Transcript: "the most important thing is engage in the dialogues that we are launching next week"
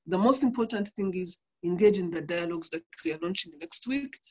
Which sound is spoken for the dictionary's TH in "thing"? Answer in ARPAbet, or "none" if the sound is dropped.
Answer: TH